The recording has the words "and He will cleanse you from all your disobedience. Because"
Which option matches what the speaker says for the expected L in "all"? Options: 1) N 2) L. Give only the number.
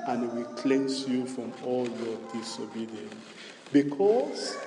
2